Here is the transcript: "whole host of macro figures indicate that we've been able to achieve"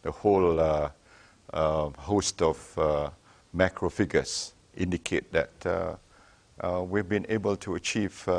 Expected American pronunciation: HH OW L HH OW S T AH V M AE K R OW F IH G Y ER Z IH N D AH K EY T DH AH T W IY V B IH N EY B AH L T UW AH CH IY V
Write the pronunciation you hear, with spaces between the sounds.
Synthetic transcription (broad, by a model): HH OW L HH OW S T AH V M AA K R OW F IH G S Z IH N D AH K EY T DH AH T W IY V B IH N EY B AH L T UW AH CH IY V